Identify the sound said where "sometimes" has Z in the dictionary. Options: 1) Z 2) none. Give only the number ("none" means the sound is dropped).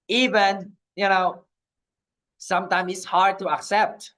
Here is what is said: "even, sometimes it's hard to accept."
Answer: 2